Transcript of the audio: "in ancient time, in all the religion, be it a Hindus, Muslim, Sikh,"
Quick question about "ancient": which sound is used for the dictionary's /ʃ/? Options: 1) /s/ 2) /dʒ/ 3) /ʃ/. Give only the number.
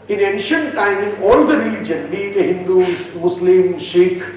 3